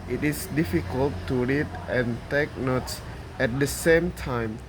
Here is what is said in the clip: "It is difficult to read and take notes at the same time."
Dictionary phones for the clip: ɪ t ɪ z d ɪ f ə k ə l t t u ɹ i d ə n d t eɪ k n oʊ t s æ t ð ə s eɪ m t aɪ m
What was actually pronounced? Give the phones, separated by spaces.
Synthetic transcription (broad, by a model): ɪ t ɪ s d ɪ f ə k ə l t t u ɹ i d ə n t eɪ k n oʊ t s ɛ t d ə s eɪ m t aɪ m